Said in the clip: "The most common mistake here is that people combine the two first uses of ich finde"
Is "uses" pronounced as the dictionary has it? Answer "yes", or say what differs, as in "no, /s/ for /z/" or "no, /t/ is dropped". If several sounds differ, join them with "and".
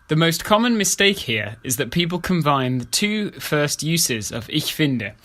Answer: yes